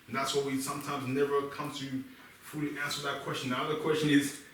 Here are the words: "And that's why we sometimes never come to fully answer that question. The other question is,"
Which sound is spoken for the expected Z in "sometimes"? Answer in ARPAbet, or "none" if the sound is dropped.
Z